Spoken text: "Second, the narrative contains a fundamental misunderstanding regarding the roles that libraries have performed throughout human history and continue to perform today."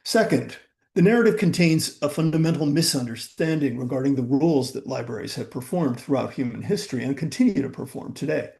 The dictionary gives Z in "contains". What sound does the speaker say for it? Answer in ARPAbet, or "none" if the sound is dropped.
Z